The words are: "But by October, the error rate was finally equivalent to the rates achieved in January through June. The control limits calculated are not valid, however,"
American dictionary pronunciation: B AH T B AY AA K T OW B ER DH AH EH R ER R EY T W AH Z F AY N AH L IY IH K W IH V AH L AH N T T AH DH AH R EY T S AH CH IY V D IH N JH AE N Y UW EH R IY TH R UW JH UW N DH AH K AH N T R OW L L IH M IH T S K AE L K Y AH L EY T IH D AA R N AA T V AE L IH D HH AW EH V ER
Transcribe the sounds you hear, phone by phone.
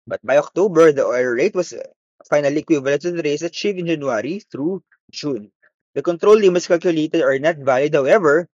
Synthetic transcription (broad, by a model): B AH T B AY AA K T OW B ER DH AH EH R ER R EY T W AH S F AY N AH L IY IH K W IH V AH L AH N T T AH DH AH R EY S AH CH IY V IH N JH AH N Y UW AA R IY TH R UW JH UW N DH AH K AH N T R OW L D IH M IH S K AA L K Y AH L EY T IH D AA R N AA T V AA L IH D HH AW EH V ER